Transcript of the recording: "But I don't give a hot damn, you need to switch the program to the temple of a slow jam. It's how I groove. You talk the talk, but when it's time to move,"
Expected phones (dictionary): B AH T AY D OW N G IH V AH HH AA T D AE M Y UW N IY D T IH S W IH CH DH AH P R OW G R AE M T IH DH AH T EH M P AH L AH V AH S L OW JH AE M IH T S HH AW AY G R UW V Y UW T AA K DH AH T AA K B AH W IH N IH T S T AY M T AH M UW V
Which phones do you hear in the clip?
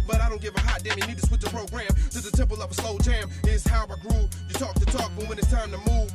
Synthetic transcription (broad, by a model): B AH T AY D OW N G IH V AH HH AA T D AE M Y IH N IY D T IH S W IH CH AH P R OW G R AE M T IH DH AH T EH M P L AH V AH S L OW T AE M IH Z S HH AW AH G R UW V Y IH T AA K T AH T AA K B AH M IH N IH T S T AY M T AH M UW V